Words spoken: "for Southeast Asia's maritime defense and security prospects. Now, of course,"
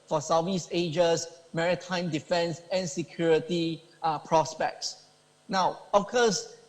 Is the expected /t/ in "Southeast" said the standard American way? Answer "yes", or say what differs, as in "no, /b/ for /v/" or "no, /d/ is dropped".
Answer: no, /t/ is dropped